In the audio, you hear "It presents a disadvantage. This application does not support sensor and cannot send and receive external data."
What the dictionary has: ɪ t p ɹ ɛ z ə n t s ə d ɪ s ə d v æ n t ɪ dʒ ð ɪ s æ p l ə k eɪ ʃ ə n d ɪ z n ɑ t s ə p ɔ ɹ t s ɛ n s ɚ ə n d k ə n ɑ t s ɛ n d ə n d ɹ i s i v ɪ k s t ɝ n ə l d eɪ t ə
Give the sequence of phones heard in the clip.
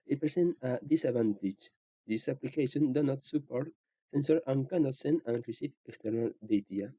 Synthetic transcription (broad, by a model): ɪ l p ɹ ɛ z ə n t ə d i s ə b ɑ n t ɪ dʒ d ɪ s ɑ p l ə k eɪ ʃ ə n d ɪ n ɑ t s ə p ɔ ɹ t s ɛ n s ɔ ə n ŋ k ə n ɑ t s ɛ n ə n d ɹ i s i f ɪ k s t ɝ n ə l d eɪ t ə